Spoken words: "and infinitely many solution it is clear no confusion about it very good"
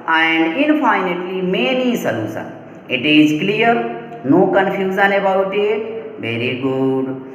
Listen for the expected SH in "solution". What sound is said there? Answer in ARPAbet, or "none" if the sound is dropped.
S